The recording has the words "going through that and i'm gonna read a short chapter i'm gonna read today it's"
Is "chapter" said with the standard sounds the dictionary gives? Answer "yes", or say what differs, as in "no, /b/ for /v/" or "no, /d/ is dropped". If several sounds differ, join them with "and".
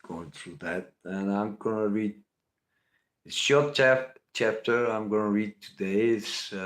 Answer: yes